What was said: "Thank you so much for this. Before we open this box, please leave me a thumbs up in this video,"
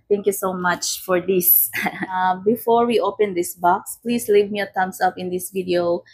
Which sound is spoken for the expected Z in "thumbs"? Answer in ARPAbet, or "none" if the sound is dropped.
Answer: S